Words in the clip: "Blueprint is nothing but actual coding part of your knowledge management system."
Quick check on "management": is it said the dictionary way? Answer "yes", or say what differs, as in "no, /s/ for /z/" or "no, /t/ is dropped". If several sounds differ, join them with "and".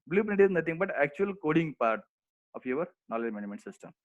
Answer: no, /dʒ/ is dropped